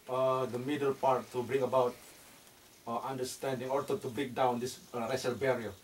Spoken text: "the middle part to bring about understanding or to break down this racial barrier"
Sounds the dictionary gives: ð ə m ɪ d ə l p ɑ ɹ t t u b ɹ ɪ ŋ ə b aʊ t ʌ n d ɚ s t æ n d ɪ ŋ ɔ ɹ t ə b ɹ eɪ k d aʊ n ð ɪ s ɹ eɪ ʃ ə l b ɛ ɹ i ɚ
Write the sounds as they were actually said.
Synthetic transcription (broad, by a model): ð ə m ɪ d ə l p ɑ ɹ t t u b ɹ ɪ ŋ ə b aʊ t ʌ n d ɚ s t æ n d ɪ ŋ ɔ ɹ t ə b ɹ eɪ k d aʊ n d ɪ s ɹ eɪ s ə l b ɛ ɹ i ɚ